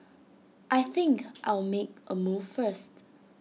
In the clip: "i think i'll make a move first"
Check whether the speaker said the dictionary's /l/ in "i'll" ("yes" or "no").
yes